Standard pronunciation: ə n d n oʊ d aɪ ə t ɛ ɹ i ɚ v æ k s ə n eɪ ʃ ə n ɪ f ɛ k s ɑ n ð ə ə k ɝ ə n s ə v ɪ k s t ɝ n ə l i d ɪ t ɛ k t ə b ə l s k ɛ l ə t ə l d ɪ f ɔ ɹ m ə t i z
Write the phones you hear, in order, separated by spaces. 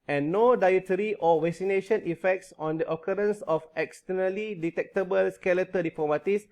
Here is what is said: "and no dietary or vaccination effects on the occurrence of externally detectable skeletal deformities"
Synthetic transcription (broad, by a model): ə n n oʊ d aɪ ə t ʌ ɹ i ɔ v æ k s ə n eɪ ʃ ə n ɪ f ɛ k s ɑ n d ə ə k ɝ ə n s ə f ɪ k s t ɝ n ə l i d ɪ t ɛ k t ə b ə l s k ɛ l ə t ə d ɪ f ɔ m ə t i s